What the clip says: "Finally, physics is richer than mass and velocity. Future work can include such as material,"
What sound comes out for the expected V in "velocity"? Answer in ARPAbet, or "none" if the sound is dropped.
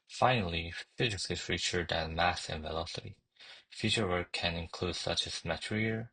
V